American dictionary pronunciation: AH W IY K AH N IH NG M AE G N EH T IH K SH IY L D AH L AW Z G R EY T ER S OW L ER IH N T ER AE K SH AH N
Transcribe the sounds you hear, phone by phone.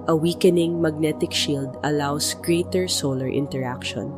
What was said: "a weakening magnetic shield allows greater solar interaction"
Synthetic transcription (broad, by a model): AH W IY K AH N IH NG M AE G N EH T IH K SH IY L D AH L AW S G R EY T ER S OW L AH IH N T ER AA K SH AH N